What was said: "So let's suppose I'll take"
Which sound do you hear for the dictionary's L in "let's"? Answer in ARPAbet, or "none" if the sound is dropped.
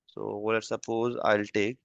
W